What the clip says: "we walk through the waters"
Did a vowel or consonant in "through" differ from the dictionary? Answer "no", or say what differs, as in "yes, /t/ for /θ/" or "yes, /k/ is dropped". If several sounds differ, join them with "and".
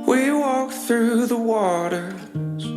no